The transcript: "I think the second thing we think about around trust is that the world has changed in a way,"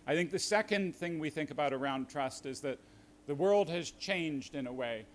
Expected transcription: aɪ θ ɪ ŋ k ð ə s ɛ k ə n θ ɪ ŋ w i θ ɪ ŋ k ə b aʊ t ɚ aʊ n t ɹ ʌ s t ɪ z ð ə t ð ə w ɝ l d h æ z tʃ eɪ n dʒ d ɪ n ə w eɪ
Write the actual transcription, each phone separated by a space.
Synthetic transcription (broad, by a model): aɪ θ ɪ ŋ k ð ə s ɛ k ə n θ ɪ ŋ w i θ ɪ ŋ k ə b aʊ t ɚ aʊ n t ɹ ʌ s t ɪ z ð ə t ð ə w ɝ l d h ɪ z tʃ eɪ n dʒ d ɪ n ə w eɪ